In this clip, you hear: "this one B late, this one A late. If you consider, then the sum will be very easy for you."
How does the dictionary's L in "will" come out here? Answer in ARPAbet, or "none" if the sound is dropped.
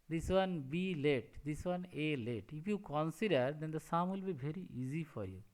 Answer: L